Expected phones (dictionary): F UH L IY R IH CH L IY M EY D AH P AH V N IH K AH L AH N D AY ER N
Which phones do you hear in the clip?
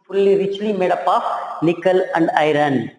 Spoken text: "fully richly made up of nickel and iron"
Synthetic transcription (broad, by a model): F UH L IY R IH CH L IY M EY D AH P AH F N IH K AH L AH N D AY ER N